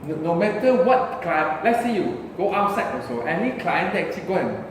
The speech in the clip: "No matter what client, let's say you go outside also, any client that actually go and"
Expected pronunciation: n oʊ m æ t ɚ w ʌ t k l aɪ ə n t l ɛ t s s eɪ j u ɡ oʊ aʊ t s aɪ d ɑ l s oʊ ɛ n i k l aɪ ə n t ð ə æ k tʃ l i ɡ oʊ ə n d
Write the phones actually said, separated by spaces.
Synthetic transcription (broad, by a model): n oʊ m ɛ t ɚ w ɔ t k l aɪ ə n l ɛ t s s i j u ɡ oʊ aʊ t s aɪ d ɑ s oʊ ɛ n i k l aɪ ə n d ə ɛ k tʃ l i ɡ oʊ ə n